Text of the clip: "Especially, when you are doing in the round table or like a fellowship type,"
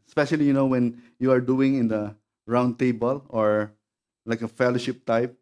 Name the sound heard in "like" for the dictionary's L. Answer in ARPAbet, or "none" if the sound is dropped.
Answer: L